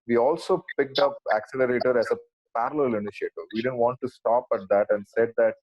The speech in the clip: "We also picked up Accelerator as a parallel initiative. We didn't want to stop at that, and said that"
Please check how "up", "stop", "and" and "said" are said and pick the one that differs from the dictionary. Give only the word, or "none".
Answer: none